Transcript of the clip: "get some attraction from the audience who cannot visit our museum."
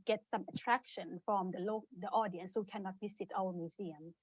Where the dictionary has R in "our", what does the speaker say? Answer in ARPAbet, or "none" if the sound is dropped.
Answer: L